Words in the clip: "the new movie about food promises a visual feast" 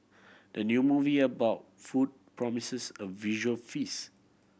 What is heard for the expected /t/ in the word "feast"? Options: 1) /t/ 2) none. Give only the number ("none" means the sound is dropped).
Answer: 2